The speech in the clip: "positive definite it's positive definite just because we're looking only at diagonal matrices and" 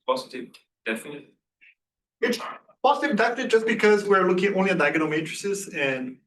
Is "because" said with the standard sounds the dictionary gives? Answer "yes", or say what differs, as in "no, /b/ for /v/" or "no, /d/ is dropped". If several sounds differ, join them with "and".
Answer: yes